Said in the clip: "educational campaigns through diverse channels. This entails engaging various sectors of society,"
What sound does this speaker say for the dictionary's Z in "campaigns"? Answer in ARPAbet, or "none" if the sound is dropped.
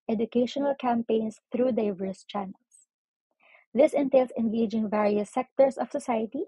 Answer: S